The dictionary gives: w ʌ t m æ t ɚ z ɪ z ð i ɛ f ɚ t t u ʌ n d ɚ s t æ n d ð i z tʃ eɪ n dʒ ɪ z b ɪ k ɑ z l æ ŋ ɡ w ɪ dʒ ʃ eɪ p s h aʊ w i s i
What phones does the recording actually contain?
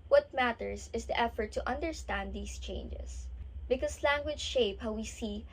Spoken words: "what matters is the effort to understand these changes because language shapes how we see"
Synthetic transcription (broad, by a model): w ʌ t m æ t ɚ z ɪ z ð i ɛ f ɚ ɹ t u ʌ n d ɚ s t æ n d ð i s tʃ eɪ n dʒ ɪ s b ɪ k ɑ s l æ ŋ ɡ w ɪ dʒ ʃ eɪ p h aʊ w i s i